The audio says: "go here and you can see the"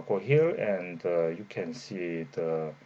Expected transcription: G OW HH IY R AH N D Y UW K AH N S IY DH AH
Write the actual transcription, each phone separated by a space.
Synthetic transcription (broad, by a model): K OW HH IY L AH N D Y UW K AH N S IY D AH